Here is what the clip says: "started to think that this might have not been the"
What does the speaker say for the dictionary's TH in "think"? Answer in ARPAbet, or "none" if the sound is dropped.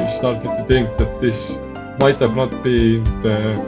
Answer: T